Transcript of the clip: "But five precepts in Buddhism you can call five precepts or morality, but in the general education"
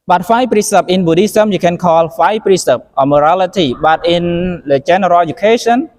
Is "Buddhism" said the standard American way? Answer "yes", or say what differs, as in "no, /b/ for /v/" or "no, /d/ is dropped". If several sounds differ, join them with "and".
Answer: no, /s/ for /z/